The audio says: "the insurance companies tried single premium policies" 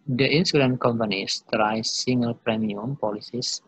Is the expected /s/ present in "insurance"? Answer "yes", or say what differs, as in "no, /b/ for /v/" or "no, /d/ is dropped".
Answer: no, /s/ is dropped